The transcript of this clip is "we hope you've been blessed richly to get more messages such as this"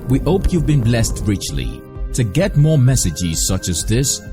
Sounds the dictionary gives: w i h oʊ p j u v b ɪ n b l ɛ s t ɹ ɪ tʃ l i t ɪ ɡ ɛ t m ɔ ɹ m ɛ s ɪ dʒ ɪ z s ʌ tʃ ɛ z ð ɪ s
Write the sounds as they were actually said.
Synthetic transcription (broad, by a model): w i h oʊ p j u v b ɪ n b l ɛ s t ɹ ɪ tʃ l i t ɪ ɡ ɛ t m ɔ ɹ m ɛ s ɪ dʒ ɪ z s ʌ tʃ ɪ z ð ɪ s